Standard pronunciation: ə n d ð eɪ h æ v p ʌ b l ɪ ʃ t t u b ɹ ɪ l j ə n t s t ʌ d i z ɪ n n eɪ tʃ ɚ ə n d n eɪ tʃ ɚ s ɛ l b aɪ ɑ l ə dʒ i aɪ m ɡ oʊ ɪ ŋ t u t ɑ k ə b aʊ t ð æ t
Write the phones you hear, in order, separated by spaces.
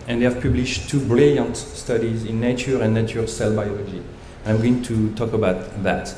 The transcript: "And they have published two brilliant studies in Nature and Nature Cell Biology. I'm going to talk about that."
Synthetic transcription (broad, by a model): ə n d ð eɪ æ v p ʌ b l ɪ ʃ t t u b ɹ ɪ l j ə n t s t ʌ d i z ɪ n n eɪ tʃ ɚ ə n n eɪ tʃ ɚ s ɛ l b aɪ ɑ l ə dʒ i aɪ m ɡ oʊ ɪ ŋ t u t ɑ k ə b aʊ t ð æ t